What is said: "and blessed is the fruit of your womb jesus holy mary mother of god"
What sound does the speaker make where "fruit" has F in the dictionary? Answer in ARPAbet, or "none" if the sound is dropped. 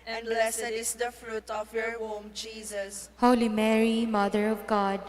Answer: F